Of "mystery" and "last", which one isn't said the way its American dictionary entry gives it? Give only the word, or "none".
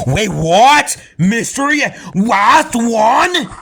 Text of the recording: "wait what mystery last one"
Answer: last